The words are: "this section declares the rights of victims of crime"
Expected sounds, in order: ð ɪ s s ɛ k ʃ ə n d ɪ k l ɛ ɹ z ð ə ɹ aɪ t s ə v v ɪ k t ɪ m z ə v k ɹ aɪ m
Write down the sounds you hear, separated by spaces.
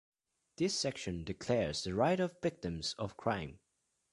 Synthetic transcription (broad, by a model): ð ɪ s s ɛ k ʃ ə n d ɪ k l ɛ ɹ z ð ə ɹ aɪ t ə v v ɪ k t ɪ m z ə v k ɹ aɪ m